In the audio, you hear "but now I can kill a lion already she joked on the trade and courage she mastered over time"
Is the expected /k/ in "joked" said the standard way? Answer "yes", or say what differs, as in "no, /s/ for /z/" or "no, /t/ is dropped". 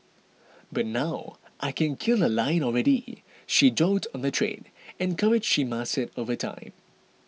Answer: no, /k/ is dropped